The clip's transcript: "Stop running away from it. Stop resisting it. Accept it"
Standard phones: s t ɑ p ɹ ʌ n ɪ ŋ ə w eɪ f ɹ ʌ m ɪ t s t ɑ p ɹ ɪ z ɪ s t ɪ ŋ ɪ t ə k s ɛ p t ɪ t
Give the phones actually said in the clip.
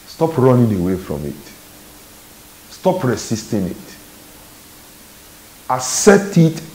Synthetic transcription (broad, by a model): s t ɑ p ɹ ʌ n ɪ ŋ ə w eɪ f ɹ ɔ m ɪ t s t ɑ p ɹ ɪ s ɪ s t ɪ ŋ ɪ t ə s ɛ t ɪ t